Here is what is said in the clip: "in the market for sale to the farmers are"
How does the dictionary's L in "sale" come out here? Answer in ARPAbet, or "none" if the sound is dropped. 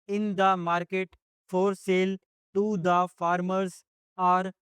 L